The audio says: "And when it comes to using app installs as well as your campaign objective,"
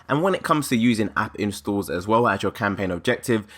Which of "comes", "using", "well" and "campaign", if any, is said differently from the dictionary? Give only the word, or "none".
none